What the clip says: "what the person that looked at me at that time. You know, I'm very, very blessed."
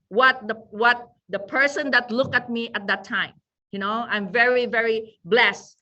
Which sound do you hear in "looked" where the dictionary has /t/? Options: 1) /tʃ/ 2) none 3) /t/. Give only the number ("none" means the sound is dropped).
2